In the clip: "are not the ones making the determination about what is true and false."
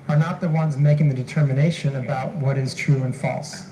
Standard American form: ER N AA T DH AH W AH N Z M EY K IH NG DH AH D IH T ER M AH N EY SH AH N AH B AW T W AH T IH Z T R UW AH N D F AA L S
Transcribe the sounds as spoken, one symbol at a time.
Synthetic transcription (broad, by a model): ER N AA T DH AH W AH N Z M EY K IH NG DH AH D IH T ER M AH N EY SH AH N AH B AW T W AH T IH Z T R UW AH N F AA L S